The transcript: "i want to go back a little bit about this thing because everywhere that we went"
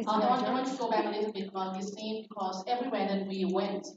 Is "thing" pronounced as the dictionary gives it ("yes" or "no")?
no